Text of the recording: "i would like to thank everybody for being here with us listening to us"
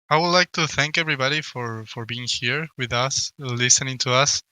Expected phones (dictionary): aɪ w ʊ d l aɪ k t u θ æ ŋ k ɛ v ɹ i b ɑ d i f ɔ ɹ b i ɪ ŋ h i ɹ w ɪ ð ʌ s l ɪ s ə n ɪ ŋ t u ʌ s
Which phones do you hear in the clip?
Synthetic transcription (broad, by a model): aɪ w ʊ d l aɪ k t u θ æ ŋ k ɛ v ɹ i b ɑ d i f ɔ ɹ b i ɪ ŋ h i ɹ w ɪ ð ʌ s l ɪ s ə n ɪ ŋ t u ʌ s